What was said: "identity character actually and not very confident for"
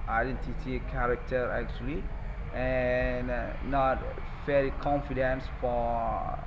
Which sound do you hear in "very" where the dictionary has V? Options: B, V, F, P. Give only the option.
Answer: F